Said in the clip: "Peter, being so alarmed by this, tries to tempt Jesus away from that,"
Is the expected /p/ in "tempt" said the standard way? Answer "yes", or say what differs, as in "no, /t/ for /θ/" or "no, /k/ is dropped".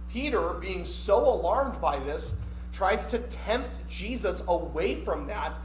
yes